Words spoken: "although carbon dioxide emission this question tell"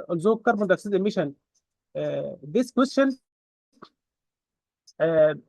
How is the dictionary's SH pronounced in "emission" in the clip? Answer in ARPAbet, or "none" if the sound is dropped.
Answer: SH